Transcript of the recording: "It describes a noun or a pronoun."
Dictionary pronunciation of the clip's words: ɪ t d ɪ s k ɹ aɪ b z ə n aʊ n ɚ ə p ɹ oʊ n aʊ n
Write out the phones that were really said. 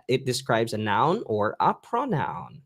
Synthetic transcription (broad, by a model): ɪ t d ɪ s k ɹ aɪ b z ə n aʊ n ɚ ə p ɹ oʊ n aʊ n